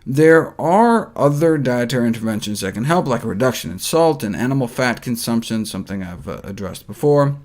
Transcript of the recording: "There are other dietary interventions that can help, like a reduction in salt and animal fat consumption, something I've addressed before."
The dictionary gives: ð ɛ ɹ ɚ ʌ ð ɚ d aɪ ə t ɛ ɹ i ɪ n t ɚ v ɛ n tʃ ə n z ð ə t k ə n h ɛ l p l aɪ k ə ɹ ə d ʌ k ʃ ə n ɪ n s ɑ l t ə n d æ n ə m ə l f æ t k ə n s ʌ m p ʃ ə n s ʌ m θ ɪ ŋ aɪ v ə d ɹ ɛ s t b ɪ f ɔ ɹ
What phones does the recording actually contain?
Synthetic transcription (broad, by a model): ð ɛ ɹ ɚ ʌ ð ɚ d aɪ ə t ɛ ɹ ɪ n t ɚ v ɛ n ʃ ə n z ð ə t k ə n h ɛ l p l aɪ k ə ɹ ə d ʌ k ʃ ə n ɪ n s ɑ l t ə n æ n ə m l f æ t k ə n s ʌ m p ʃ ə n s ʌ m θ ɪ ŋ aɪ v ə d ɹ ɛ s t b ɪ f ɔ ɹ